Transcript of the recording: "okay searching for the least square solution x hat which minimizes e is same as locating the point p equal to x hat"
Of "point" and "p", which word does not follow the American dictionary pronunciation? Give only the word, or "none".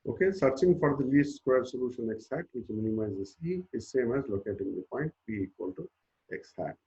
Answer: p